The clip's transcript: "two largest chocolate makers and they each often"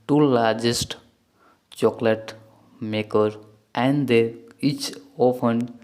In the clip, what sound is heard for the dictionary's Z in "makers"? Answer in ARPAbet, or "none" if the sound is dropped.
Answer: none